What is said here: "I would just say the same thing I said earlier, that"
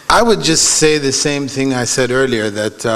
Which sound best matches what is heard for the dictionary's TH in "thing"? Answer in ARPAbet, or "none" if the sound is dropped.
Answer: TH